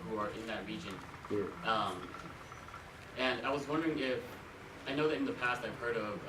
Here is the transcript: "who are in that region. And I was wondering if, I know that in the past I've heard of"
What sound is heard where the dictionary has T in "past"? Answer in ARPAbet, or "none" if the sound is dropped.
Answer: T